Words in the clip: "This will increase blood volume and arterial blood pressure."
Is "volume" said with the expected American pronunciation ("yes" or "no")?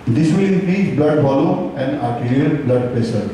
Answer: no